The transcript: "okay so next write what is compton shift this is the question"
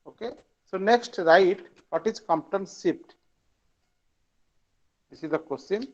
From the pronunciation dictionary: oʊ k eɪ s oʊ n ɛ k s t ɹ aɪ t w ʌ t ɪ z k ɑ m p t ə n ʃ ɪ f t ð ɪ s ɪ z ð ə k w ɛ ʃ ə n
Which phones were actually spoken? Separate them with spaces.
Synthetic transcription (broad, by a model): oʊ k eɪ s oʊ n ɛ k s t ɹ aɪ t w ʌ t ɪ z k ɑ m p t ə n s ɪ p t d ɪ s ɪ z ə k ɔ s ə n